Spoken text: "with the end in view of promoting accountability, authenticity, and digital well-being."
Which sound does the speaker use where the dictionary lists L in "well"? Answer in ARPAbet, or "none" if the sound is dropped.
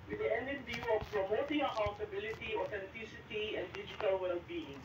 L